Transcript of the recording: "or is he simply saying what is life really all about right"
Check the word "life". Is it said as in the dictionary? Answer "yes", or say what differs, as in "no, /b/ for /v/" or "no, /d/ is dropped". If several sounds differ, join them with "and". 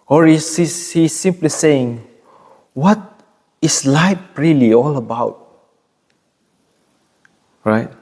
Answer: no, /p/ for /f/